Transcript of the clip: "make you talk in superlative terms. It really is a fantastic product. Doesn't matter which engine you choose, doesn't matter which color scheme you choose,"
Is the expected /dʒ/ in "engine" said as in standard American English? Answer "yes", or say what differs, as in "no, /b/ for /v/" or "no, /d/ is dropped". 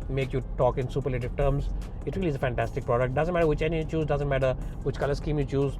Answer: no, /dʒ/ is dropped